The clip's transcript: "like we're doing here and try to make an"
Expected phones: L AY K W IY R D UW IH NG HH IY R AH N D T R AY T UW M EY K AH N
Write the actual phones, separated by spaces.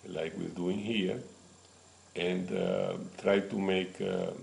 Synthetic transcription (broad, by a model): L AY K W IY L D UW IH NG HH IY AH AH N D T R AY T UW M EY K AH